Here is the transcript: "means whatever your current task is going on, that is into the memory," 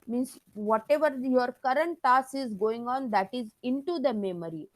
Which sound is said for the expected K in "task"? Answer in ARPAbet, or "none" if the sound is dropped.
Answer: none